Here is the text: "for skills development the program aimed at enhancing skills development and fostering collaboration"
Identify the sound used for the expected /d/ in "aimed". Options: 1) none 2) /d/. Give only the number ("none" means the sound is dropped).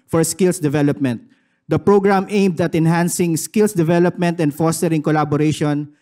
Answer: 2